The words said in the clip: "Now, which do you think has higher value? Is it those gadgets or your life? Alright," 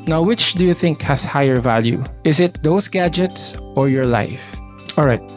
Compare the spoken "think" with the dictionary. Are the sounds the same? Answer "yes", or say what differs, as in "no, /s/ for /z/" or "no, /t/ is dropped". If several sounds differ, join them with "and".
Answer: yes